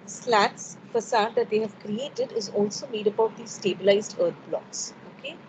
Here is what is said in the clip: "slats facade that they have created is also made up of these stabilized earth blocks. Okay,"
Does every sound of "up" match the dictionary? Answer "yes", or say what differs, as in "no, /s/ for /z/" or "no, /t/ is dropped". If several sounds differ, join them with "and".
no, /b/ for /p/